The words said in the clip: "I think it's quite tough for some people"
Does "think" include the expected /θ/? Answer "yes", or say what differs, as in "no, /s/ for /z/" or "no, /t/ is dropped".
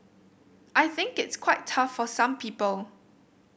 yes